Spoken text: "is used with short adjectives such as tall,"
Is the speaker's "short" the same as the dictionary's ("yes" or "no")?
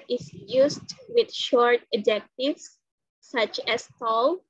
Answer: yes